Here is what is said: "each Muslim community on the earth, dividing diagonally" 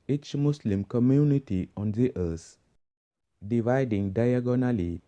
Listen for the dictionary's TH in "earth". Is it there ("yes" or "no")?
no